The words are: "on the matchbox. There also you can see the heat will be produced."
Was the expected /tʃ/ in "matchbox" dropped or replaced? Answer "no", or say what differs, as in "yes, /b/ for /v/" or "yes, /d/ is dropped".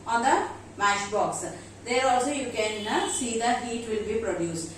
yes, /ʃ/ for /tʃ/